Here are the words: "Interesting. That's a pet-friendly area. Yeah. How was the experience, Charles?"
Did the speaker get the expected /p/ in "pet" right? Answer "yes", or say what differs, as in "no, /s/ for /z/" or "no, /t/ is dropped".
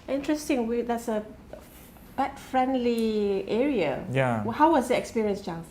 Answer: no, /b/ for /p/